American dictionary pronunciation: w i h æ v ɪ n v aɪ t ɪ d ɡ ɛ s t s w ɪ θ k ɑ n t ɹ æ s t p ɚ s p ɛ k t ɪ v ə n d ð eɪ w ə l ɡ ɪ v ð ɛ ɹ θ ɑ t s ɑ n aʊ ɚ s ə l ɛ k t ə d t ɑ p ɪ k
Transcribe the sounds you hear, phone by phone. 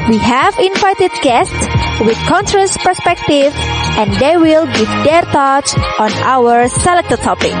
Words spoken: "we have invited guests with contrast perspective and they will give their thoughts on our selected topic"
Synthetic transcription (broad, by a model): w i h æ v ɪ n v aɪ t ɪ d ɡ ɛ s t s w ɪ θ k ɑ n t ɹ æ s p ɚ s p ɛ k t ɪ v ə n d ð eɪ w ə l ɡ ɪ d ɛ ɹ t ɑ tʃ ɑ n aʊ ɚ s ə l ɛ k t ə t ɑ p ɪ k